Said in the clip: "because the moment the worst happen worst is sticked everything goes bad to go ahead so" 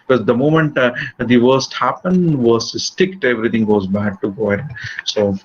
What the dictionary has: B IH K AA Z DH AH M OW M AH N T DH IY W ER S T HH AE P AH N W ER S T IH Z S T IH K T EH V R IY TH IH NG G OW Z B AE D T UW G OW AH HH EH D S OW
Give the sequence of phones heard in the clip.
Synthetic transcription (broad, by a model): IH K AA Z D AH M OW M AH N T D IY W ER S T HH AE P AH N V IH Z S T IH K T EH V R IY T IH NG G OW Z B AE D T UW G OW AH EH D S OW